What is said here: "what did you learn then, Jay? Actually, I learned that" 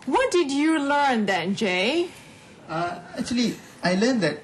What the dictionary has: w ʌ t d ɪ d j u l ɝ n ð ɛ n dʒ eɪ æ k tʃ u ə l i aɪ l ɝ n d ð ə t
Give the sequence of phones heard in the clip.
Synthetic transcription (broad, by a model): w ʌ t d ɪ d j u l ɝ n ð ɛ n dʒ eɪ æ k tʃ u ə l i aɪ l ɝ n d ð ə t